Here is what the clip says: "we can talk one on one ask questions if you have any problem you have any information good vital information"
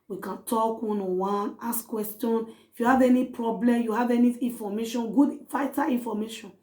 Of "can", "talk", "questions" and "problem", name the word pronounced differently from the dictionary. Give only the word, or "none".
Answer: questions